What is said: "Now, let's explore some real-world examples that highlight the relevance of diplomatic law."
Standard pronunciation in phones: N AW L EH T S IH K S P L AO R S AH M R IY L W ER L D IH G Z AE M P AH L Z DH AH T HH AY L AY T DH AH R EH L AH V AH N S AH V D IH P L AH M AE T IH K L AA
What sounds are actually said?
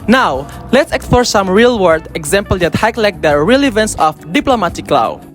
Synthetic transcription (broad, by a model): N AW L EH T S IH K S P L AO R S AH M R IY L W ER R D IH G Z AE M P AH L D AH T HH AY L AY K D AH R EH L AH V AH N S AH F D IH P L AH M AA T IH K L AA